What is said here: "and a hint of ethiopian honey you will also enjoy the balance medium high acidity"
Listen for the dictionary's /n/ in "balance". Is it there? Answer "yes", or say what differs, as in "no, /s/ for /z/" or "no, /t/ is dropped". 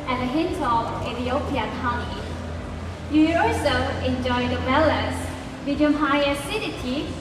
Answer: no, /n/ is dropped